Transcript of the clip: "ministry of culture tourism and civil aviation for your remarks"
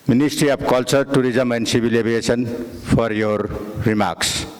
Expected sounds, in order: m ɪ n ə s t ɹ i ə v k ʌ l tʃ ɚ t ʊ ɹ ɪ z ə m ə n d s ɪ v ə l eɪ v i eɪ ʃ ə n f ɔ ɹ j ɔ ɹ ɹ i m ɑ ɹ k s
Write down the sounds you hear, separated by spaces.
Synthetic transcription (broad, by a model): m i n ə s t ɹ i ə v k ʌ l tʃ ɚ t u ɹ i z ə m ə n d s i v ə l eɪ b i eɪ s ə n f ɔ ɹ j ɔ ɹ ɹ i m ɑ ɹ k s